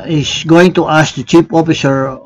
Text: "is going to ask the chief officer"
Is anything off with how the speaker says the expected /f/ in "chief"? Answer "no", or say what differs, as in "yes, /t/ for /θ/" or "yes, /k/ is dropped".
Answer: yes, /p/ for /f/